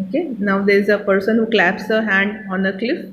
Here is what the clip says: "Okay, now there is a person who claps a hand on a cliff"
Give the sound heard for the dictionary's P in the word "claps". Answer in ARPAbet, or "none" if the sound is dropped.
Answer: P